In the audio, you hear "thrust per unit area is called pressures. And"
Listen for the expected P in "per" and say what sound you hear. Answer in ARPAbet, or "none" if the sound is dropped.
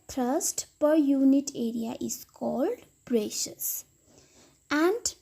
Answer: P